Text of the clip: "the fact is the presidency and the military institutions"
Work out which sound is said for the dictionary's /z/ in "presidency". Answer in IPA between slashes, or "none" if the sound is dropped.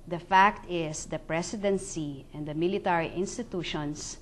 /s/